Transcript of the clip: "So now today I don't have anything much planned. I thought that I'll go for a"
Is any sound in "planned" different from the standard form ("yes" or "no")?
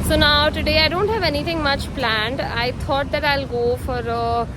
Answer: no